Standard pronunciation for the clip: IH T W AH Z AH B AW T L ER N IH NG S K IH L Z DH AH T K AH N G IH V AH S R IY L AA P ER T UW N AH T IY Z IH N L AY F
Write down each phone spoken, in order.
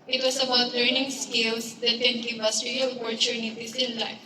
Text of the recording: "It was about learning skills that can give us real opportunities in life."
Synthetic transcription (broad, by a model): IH T W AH S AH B AW T L ER N IH NG S K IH L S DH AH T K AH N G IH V AH S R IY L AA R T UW N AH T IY S IH N L AY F